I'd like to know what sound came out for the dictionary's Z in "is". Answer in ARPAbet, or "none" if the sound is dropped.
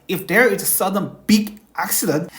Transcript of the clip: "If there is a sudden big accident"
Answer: S